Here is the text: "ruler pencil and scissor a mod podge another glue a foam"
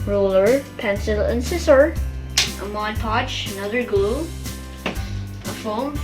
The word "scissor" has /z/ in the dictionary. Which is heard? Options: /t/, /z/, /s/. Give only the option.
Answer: /s/